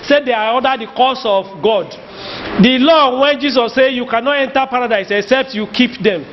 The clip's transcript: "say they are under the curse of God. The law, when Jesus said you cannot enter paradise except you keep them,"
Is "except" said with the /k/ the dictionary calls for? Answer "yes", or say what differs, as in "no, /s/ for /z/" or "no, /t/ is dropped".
yes